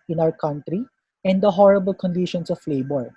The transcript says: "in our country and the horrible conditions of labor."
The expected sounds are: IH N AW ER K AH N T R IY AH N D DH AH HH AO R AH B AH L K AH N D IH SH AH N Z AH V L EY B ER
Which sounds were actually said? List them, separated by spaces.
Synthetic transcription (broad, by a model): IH N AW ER K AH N T R IY AH N D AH HH AO R AH B AH L K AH N D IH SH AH N S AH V L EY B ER